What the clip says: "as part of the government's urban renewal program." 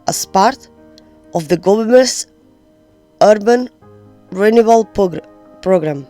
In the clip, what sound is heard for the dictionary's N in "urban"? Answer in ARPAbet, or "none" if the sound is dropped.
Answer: N